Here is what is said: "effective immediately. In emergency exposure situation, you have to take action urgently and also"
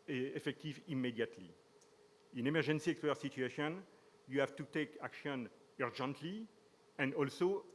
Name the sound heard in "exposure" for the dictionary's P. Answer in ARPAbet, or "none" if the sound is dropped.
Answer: none